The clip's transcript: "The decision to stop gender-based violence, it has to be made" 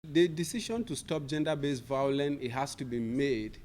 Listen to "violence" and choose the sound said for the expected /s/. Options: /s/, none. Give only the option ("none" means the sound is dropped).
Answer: none